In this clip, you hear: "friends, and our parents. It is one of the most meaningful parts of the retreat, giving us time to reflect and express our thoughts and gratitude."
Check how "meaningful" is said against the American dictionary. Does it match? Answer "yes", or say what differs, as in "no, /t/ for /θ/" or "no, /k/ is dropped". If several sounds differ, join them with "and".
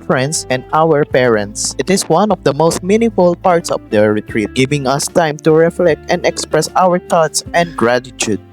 no, /ŋ/ is dropped